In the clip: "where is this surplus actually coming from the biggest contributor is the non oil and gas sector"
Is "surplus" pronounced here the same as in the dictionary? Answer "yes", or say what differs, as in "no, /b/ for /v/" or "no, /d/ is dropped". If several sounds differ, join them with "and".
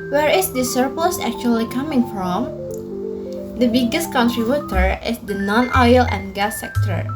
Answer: yes